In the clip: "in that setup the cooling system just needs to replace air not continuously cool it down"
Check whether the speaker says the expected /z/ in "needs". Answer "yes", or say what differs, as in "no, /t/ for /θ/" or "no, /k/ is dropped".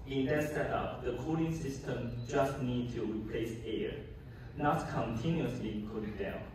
no, /z/ is dropped